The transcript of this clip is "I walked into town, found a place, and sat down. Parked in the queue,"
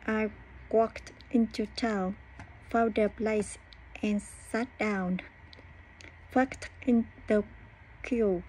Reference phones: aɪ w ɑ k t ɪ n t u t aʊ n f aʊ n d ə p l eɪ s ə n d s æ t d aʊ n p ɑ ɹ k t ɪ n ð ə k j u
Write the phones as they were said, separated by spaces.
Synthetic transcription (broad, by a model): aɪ w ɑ k t ɪ n t u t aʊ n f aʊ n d ə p l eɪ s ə n s æ t d aʊ n f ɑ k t ɪ n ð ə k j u